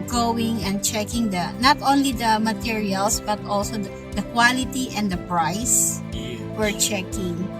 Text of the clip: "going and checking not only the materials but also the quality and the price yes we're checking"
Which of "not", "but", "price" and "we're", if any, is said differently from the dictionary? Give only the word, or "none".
price